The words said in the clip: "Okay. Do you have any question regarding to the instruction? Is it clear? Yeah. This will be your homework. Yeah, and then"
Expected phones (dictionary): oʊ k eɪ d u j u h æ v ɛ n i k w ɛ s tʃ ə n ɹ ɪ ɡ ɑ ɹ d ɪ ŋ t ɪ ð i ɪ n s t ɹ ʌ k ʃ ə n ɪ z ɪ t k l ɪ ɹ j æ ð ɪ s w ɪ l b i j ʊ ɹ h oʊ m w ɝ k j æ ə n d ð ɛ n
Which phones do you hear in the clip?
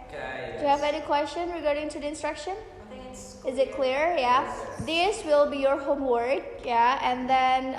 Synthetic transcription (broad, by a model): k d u j u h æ v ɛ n i k w ɛ s tʃ ə n ɹ ɪ ɡ ɑ ɹ d ɪ ŋ t ɪ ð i ɪ n s t ɹ ʌ k ʃ ə n ɪ z ɪ t k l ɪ ɹ j æ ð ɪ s w ɪ l b i j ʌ ɹ h oʊ m w ɝ k j æ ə n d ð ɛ n